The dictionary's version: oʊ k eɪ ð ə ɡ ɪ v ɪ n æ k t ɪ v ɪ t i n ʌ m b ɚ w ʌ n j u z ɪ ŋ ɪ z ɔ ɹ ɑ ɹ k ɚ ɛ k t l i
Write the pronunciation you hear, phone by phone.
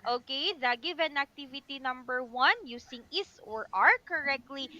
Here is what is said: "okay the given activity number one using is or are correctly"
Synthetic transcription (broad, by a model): oʊ k eɪ ð ə ɡ ɪ v ɪ n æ k t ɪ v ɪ t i n ʌ m b ɚ w ʌ n j u s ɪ ŋ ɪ s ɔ ɹ ɑ ɹ k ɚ ɛ k t l i